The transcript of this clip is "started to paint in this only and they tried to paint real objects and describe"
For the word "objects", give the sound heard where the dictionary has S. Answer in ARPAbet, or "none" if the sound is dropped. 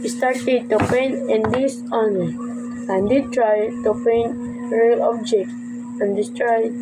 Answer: none